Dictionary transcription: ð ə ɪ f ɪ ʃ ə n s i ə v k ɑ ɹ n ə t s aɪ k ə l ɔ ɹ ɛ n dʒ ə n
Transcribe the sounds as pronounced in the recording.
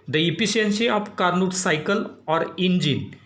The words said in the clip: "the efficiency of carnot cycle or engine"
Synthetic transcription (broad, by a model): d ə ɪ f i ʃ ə n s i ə p k ɑ ɹ n ə t s aɪ k ə l ɔ ɹ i n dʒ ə n